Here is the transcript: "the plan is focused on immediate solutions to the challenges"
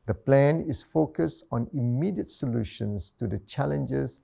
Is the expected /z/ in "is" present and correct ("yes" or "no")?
no